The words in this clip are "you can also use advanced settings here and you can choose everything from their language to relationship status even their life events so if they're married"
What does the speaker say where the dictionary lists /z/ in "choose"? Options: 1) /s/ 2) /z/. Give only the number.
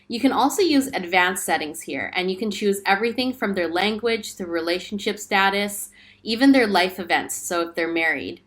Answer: 2